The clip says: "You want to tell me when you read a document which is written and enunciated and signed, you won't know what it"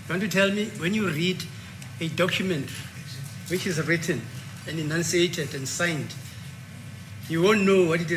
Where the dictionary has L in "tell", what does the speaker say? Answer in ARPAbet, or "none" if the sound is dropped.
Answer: L